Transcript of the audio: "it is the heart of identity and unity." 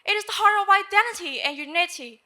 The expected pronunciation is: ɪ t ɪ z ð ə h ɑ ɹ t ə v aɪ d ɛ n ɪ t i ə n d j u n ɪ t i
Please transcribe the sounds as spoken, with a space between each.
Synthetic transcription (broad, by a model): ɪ t ɪ z ð ə h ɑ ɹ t ə v aɪ d ɛ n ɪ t i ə n j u n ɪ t i